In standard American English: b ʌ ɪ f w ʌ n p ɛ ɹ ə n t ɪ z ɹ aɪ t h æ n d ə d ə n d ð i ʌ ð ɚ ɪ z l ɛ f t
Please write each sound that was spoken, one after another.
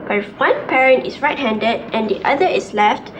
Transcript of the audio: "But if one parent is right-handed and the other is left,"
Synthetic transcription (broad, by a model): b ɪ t w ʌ n p ɛ ɹ ə n t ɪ s ɹ aɪ t h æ n d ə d ə n d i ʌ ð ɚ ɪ s l ɛ f t